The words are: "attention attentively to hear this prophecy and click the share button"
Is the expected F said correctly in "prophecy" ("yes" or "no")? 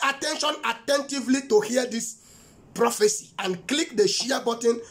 yes